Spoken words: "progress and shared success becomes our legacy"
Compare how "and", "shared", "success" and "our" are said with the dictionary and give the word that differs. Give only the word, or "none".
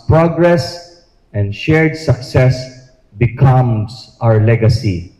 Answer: none